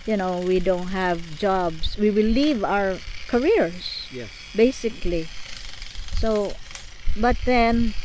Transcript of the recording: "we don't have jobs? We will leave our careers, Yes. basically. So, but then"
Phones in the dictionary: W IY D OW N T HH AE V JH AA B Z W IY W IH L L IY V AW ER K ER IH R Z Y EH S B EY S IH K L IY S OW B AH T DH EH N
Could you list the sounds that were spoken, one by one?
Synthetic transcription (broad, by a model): W IY D OW N T HH AE V JH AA B S W IY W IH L L IY V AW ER K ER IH R S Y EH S B EY S IH K L IY S OW B AH T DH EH N